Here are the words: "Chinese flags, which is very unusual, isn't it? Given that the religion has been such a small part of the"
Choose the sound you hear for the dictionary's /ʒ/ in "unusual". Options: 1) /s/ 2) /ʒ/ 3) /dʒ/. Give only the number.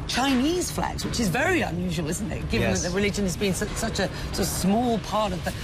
2